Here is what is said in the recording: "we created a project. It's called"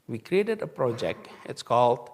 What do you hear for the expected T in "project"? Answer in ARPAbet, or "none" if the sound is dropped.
T